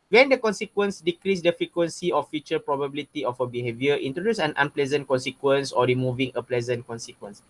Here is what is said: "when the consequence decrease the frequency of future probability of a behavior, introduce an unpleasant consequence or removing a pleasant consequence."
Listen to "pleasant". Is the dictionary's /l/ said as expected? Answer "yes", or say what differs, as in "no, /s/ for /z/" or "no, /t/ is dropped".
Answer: yes